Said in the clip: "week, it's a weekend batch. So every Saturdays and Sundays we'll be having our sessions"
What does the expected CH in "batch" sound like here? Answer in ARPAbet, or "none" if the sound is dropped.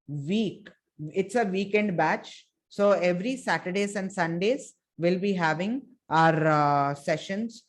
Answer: CH